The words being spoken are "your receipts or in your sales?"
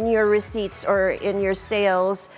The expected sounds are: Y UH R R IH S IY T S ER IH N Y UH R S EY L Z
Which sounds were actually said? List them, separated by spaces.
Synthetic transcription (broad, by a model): Y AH R R IH S IY T S ER IH N Y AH R S EY L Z